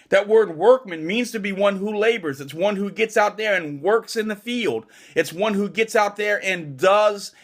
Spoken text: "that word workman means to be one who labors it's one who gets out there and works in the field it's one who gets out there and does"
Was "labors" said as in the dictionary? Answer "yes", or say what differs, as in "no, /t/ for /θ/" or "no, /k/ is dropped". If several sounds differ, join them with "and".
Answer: yes